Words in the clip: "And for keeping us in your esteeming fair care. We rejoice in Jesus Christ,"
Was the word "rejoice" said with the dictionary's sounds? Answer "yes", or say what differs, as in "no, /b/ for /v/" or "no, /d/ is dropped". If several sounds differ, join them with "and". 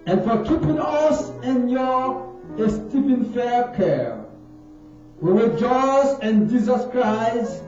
no, /w/ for /ɹ/